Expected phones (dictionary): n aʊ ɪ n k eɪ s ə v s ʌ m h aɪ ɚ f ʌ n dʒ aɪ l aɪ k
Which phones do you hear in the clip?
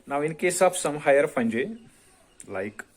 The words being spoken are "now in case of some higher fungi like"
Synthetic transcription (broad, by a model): n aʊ ɪ n k eɪ s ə p s ʌ m h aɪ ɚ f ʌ n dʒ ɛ l aɪ k